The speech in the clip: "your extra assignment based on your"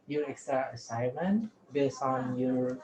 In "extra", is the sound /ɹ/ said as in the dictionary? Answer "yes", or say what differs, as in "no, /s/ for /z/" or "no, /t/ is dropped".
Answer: no, /ɹ/ is dropped